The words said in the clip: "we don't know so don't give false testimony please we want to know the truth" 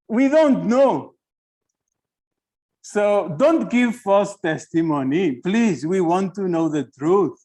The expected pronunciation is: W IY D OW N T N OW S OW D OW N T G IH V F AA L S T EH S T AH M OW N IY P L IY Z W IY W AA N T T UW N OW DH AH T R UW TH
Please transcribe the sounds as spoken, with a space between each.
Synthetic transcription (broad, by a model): W IY D OW N T N OW S OW D OW N T G IH V F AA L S T EH S T AH M OW N IY P L IY Z W IY W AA N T T UW N OW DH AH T R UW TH